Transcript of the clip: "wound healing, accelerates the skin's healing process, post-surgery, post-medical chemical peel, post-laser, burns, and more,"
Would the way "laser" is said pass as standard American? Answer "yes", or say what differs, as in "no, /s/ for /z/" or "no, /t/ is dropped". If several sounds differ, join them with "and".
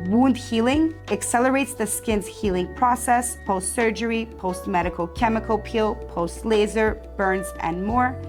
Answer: yes